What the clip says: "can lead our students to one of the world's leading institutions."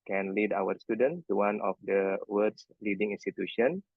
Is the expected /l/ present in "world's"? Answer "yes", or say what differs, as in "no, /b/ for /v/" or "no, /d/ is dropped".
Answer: no, /l/ is dropped